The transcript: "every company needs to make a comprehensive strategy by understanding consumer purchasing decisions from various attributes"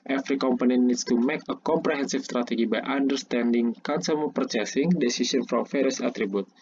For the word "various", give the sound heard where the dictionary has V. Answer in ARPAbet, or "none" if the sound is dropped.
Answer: F